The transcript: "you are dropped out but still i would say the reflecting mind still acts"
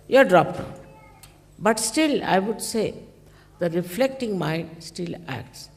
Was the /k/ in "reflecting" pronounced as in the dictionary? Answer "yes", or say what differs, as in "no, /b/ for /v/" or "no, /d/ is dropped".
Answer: yes